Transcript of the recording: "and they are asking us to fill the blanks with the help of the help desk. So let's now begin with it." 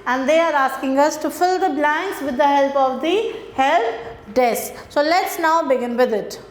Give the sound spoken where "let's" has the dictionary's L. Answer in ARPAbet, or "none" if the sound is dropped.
L